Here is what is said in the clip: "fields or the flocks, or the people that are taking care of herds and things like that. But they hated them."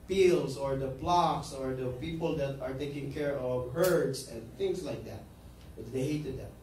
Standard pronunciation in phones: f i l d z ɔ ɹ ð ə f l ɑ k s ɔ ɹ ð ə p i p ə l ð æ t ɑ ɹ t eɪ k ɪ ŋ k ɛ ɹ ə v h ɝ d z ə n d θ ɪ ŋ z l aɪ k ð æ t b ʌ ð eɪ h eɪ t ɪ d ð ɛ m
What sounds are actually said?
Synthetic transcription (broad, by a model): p i l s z ɔ ɹ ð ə p l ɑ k s ɔ ɹ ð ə p i p ə l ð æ t ɑ ɹ t eɪ k ɪ ŋ k ɛ ɹ ə v h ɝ d s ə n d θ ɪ ŋ s l aɪ k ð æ t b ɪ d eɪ h eɪ t ɪ d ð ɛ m